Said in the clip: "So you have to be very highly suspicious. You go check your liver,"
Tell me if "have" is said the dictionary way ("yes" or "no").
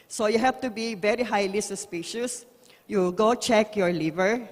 no